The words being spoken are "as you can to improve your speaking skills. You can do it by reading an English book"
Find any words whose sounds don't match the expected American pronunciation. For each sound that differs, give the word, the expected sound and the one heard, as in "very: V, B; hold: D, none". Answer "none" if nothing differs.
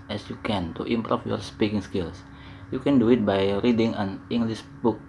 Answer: improve: V, F; skills: Z, S